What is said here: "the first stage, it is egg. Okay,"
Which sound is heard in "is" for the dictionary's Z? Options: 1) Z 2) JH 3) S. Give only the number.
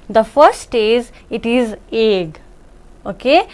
1